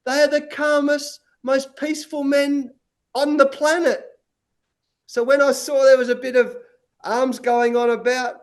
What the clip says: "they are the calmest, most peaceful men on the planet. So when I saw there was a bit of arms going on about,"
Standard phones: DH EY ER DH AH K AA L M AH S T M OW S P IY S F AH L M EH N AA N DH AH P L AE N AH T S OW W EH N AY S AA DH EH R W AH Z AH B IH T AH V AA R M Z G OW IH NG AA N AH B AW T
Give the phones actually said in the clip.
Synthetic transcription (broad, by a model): DH EY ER DH AH K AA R M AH S M OW S P IY S F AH L M EH N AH N DH AH P L AE N AH T S OW W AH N AY S AA DH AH R W AH Z AH B IH T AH V AA R M Z G OW IH NG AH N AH B AW T